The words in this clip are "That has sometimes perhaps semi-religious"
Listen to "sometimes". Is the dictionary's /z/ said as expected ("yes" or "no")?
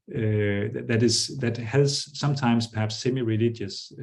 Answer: no